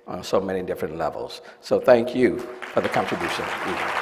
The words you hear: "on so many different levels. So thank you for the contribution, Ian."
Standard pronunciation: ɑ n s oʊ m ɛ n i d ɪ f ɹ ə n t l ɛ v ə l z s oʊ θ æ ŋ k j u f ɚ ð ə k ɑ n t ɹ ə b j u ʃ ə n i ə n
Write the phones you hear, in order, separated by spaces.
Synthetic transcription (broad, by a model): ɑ n s oʊ m ɛ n i d ɪ f ɹ ə n t l ɛ v ə l z s oʊ θ æ ŋ k j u f ɚ ð ə k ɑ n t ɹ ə b j u ʃ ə n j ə